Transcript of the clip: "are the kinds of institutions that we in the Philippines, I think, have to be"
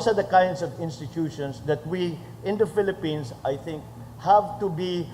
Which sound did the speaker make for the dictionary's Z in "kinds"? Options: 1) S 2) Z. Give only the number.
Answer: 1